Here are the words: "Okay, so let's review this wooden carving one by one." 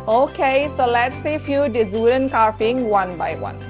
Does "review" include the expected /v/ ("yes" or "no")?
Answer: no